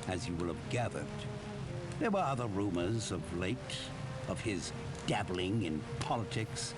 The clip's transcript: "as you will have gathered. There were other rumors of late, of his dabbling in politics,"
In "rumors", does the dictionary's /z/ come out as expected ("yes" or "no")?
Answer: yes